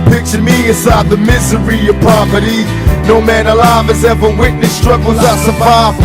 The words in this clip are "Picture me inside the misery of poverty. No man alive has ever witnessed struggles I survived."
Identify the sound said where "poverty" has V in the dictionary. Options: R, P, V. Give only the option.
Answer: P